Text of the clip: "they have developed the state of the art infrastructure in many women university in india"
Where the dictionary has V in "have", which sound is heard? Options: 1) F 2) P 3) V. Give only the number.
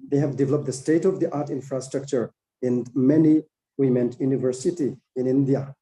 3